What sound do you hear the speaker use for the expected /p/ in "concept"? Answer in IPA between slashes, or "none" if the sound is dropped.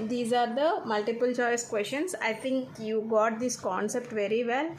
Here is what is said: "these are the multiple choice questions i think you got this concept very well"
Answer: /p/